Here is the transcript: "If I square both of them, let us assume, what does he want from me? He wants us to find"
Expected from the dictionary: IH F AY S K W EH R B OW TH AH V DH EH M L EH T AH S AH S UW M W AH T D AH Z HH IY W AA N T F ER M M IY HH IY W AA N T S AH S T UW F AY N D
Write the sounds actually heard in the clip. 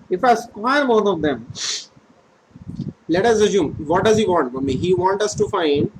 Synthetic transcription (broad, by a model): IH F AY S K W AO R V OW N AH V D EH M L EH T AH S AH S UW M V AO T D AH Z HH IY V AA N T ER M M IY HH IY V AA N T AH S T UW F AY N D